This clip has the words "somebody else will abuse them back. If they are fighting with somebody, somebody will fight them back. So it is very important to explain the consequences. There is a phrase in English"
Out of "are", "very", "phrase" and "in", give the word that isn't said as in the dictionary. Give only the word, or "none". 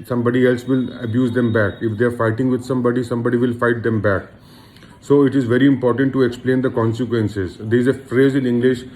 in